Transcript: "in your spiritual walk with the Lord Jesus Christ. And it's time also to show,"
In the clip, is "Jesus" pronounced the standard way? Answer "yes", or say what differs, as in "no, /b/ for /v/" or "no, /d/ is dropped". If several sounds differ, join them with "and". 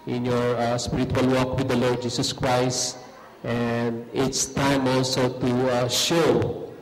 no, /s/ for /z/